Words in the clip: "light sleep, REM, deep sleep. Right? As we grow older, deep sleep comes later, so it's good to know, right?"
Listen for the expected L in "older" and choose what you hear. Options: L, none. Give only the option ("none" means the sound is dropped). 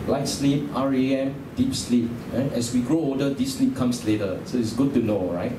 none